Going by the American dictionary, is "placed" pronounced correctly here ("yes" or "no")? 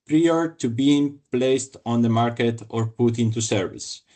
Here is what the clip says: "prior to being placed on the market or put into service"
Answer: yes